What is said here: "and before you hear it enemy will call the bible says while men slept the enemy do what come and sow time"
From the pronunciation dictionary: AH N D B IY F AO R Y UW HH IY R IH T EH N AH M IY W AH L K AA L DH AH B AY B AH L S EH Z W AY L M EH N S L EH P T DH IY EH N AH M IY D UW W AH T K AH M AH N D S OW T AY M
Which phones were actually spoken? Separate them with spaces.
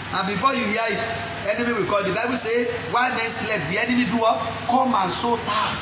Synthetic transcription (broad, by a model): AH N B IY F AO Y UW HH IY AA IH T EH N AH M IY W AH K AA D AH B AY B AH S EH W AY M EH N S L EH T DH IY EH N AH M IY D UW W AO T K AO M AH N S OW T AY